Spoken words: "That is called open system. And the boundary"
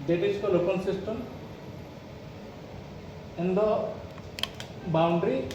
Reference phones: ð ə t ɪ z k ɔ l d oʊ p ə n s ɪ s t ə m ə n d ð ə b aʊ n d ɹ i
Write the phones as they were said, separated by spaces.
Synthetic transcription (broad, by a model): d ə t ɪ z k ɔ l oʊ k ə l s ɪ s t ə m ə n d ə b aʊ n d ɹ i